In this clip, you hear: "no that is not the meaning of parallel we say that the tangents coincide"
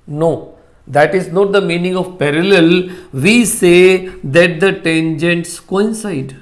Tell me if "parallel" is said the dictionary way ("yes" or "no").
yes